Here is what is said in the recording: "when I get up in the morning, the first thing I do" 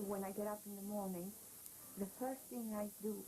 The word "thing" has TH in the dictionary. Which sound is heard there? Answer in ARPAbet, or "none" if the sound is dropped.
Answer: TH